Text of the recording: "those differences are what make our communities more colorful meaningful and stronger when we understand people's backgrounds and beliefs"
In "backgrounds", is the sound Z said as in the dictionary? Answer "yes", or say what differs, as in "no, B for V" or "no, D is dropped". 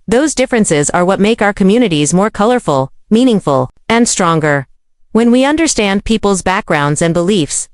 yes